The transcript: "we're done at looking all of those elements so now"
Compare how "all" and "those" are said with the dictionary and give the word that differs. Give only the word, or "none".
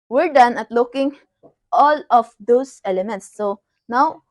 those